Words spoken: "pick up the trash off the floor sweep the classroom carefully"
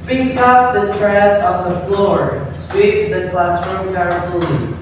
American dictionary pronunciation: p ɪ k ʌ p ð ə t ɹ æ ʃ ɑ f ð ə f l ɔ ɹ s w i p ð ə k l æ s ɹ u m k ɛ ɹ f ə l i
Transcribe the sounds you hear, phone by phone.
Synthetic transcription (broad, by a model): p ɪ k ʌ p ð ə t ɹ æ s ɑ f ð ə f l ɔ ɹ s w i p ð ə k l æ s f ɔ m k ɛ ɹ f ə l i